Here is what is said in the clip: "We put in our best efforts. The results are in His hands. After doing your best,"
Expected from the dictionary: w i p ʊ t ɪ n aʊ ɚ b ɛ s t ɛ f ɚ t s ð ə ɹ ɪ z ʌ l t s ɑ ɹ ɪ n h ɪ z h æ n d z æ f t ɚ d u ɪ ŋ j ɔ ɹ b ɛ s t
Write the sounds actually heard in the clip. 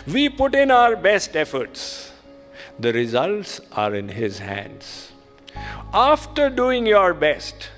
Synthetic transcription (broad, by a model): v i p ʊ t ɪ n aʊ ɚ b ɛ s t ɛ f ɚ t s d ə ɹ ɪ z ʌ l t s ɑ ɹ ɪ n h ɪ z h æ n d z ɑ f t ɚ d u ɪ ŋ j ɔ ɹ b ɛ s t